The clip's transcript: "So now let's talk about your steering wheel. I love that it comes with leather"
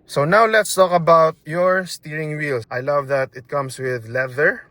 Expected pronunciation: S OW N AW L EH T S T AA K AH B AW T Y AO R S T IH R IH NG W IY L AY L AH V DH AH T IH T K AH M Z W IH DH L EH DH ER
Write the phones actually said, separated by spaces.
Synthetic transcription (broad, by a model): S OW N AW L EH T S T AA K AH B AW T Y AO R S T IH R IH NG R IY L AY L AH V DH AH T IH T K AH M S W IH DH L EH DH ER